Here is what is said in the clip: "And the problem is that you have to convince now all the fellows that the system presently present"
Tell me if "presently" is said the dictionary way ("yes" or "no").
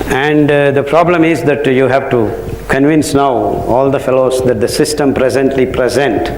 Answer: yes